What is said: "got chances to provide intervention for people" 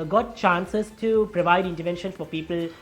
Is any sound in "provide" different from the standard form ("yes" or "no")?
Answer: no